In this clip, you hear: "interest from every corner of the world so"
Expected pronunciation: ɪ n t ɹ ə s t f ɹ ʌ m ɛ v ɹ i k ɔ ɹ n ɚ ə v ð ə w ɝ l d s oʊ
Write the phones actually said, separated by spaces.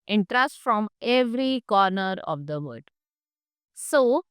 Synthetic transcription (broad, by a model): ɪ n t ɹ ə s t f ɹ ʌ m ɛ v ɹ i k ɔ ɹ n ɚ ə v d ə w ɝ d s oʊ